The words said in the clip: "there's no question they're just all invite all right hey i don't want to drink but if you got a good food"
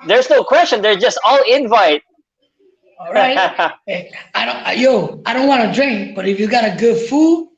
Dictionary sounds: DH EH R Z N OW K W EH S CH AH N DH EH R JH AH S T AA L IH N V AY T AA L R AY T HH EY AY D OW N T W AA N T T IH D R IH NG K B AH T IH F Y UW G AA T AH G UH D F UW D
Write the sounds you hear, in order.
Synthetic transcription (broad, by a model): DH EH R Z N OW K W EH S CH AH N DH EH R JH AH S T AA L IH N V AY T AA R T AY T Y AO AY D OW N T W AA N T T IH D R IH NG K B AH T IH F Y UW G AA T AH G UH D F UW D